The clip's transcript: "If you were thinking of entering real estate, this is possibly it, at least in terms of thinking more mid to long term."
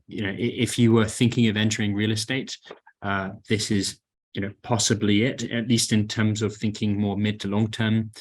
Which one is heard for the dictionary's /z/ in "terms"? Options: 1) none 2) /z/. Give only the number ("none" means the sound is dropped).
2